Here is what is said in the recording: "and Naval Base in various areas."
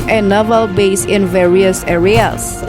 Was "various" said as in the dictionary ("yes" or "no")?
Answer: yes